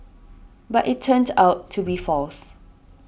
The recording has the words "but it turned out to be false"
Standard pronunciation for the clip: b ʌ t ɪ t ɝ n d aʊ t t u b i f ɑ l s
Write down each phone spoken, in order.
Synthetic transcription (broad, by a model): b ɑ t ɪ t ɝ n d aʊ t t u b i f ɑ l s